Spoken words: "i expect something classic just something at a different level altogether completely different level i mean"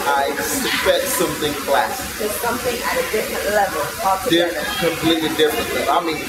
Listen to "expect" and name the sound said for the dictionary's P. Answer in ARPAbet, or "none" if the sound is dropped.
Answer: F